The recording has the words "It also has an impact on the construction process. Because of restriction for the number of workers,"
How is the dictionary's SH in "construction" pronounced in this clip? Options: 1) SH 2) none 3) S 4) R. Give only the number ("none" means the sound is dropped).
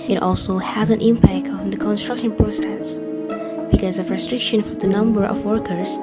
1